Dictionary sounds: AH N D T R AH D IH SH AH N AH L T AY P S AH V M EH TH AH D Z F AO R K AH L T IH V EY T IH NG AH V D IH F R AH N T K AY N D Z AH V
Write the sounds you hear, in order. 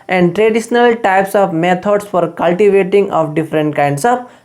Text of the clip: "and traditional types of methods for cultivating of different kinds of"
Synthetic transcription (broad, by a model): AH N D T R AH D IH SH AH N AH L T AY P S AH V M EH T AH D S F AO R K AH L T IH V EY T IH NG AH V D IH F R AH N T K AY N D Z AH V